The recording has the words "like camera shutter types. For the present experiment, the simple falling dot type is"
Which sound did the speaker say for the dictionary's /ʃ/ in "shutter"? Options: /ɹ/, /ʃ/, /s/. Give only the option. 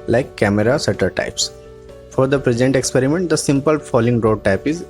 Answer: /s/